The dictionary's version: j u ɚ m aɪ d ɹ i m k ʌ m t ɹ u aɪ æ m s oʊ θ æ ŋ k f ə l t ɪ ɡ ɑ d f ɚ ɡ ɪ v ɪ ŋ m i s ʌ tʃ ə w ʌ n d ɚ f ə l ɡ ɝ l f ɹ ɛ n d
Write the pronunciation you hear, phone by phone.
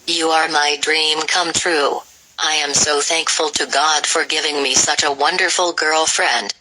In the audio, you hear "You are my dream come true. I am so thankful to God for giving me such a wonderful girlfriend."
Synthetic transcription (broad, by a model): j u ɚ m aɪ d ɹ i m k ʌ m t ɹ u aɪ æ m s oʊ θ æ ŋ k f ə l t ɪ ɡ ɑ d f ɚ ɡ ɪ v ɪ ŋ m i s ʌ tʃ ə w ʌ n d ɚ f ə l ɡ ɝ l f ɹ ɛ n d